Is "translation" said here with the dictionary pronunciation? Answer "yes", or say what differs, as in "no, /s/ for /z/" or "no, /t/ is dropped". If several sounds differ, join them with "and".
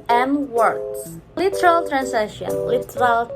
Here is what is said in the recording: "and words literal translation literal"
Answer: no, /l/ is dropped